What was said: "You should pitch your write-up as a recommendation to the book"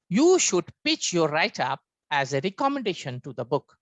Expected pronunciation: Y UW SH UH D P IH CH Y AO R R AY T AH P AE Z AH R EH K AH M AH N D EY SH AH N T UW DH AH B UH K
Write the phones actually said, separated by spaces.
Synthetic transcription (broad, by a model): Y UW SH UH D P IH CH Y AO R R AY T AH P AE Z AH R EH K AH M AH N D EY SH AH N T UW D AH B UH K